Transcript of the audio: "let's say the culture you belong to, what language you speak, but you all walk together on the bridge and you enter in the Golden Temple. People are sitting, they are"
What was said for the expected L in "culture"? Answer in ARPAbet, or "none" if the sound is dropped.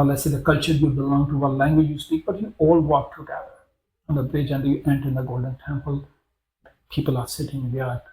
L